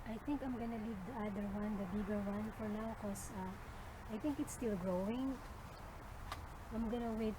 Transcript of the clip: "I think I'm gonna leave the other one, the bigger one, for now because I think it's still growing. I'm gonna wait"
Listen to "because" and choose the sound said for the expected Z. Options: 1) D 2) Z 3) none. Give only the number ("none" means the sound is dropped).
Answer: 3